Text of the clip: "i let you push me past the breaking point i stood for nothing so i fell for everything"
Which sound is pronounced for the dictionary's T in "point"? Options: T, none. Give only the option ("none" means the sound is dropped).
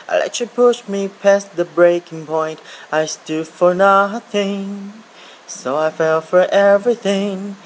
T